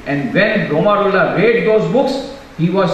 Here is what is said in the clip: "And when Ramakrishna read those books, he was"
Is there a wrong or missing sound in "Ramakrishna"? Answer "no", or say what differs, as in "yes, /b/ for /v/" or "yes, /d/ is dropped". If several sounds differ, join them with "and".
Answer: yes, /k/ is dropped